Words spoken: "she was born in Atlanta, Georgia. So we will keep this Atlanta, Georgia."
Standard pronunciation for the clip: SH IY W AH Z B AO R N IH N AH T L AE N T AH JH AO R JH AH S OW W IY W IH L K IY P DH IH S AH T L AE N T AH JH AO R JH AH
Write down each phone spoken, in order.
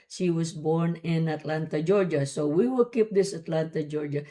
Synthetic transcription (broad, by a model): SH IY W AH S B AO R N IH N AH T L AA N T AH JH AO R JH AH S OW W IY W IH L K IY P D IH S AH T L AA N T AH JH AO R JH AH